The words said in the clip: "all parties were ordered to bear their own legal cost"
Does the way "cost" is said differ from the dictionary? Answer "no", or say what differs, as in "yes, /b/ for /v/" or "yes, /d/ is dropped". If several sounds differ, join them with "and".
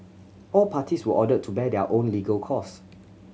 yes, /t/ is dropped